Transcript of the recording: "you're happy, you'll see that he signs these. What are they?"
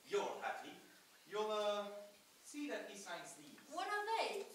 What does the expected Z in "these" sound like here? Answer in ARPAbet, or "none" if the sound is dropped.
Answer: none